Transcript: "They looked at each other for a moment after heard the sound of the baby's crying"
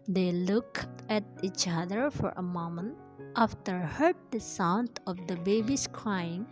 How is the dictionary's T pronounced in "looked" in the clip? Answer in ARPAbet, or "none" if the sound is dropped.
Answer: none